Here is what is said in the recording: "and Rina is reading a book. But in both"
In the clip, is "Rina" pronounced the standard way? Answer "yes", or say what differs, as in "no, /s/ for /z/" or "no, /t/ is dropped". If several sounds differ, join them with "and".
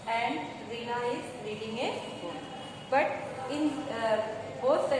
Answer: no, /l/ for /n/